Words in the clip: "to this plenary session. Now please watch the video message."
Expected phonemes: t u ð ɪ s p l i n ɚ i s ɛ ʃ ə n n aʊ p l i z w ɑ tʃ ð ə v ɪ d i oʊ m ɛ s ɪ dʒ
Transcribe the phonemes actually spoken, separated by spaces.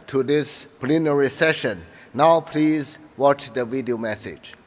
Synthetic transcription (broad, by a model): t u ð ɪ s p l i n ɚ i s ɛ ʃ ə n n aʊ p l i z w ɑ tʃ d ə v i d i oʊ m ɛ s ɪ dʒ